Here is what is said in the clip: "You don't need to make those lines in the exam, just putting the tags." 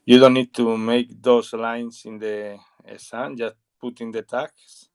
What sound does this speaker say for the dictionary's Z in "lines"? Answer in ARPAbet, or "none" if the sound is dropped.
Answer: S